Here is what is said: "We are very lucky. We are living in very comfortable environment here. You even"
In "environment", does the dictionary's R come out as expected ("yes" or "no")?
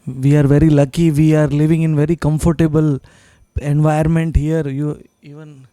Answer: no